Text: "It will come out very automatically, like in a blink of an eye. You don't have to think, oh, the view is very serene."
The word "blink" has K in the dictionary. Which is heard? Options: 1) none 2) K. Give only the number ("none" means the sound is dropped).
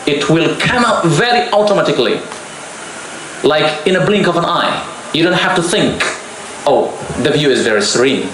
2